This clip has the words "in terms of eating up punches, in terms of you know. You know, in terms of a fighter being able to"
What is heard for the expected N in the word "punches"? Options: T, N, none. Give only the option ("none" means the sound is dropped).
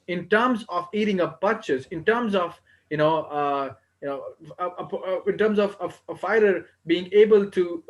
none